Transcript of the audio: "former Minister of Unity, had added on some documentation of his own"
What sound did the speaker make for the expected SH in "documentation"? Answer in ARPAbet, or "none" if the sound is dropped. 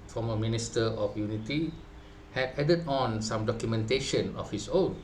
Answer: SH